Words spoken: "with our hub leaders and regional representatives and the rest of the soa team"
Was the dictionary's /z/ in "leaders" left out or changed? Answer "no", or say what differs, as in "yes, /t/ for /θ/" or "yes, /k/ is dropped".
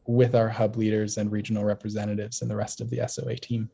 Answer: no